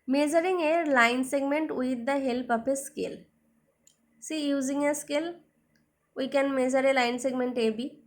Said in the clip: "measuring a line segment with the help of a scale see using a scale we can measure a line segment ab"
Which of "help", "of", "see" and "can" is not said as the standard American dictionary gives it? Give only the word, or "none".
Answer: of